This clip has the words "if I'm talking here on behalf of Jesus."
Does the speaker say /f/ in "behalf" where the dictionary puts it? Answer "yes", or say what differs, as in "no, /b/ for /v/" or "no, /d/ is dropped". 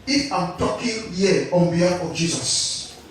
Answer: no, /f/ is dropped